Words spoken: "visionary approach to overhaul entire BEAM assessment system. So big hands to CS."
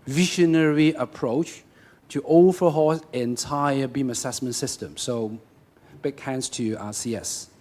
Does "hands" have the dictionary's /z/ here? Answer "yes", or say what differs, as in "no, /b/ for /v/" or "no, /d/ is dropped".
no, /s/ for /z/